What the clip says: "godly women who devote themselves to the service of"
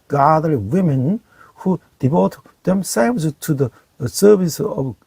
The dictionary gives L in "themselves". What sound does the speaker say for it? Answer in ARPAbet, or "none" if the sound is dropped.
none